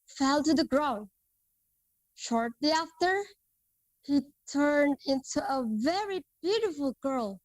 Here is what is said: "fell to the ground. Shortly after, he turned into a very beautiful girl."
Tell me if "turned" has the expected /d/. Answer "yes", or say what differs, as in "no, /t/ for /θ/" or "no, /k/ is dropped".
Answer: yes